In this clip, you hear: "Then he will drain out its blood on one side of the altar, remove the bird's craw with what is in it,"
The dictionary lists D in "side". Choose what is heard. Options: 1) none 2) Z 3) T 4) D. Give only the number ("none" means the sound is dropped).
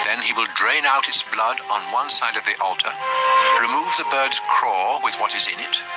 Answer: 4